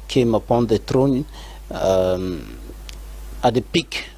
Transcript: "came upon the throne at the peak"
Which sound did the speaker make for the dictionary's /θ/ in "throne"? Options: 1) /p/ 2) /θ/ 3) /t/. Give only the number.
3